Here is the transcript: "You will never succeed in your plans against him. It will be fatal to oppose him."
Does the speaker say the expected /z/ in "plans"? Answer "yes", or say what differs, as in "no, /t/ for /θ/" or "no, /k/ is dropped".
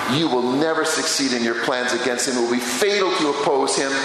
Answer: yes